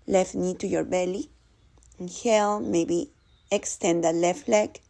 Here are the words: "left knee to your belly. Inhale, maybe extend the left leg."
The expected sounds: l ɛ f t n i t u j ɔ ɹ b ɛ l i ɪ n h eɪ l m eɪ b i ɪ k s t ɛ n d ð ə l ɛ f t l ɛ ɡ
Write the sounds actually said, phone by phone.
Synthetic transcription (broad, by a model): l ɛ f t n i t u j ɔ ɹ b ɛ l i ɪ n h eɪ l m eɪ b i ɪ k s t ɛ n d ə l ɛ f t l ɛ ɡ